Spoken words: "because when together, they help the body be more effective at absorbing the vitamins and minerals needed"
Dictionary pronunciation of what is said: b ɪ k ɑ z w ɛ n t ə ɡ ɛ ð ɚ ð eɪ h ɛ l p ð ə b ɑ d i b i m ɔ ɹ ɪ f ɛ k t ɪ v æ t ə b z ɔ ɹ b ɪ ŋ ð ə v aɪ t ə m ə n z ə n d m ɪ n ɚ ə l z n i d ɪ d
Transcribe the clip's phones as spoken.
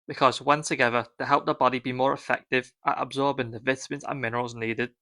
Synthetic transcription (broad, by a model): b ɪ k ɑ z w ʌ n s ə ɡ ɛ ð ɚ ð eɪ h ɛ l p ð ə b ɑ d i b i m ɔ ɹ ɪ f ɛ k t ɪ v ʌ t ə b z ɔ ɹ b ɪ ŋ ð ə v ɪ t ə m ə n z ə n m ɪ n ɚ ə l z n i d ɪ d